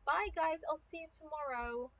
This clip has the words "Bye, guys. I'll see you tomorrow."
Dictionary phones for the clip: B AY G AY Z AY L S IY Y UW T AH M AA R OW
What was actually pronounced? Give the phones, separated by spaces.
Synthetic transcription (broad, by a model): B AY G AY Z AY L S IY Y T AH M AA R OW